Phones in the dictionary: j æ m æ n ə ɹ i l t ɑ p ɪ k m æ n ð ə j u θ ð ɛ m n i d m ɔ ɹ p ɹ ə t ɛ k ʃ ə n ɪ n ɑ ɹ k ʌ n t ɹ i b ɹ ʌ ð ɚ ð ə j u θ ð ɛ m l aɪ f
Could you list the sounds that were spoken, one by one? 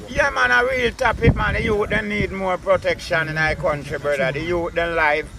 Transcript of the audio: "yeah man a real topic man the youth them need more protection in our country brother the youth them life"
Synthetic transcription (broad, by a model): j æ m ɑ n ə ɹ i l t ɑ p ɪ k m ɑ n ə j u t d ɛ n i d m ɔ ɹ p ɹ ə t ɛ k ʃ ə n ɪ n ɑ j k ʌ n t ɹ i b ʌ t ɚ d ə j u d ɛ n l aɪ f